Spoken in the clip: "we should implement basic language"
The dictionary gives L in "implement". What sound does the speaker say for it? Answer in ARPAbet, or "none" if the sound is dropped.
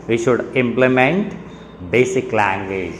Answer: L